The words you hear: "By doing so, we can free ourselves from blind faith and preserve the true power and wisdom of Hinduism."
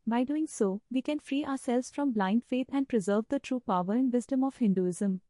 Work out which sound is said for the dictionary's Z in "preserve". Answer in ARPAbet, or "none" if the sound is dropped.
Z